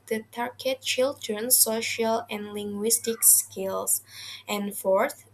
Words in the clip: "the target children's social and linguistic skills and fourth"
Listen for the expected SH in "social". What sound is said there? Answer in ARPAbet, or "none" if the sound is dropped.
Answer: SH